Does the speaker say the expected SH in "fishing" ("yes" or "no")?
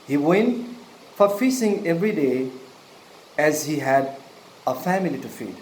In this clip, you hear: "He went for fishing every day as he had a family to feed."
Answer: no